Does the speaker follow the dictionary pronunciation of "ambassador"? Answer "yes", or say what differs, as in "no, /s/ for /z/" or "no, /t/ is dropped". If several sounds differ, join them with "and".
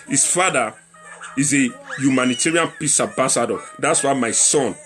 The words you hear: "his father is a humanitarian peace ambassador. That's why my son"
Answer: no, /m/ is dropped